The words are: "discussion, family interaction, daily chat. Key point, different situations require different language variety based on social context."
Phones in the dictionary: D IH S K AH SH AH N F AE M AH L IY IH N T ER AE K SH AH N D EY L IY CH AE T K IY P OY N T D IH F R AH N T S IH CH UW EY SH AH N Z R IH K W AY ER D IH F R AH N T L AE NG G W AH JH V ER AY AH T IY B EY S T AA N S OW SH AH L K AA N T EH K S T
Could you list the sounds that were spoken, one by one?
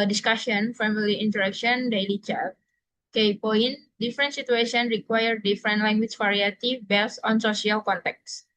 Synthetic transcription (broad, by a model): D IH S K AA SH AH N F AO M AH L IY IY N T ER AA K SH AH N D EY L IY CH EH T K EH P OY N D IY F R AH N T S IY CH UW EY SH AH N R IH K W AY ER D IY F R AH N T L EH NG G W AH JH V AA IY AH T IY B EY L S AA N S OW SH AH L K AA N T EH K S